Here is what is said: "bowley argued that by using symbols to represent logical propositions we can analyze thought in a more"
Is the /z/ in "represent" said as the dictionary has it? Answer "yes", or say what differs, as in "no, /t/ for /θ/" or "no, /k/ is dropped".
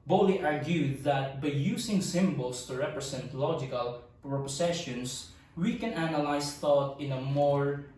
no, /s/ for /z/